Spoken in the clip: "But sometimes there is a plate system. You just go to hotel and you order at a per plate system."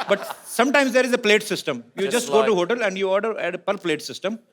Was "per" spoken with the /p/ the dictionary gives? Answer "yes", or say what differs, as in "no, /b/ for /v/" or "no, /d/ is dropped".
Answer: yes